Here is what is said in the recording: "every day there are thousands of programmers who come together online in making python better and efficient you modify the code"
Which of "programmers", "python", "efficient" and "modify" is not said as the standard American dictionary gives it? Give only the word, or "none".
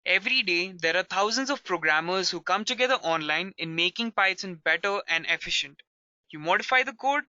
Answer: python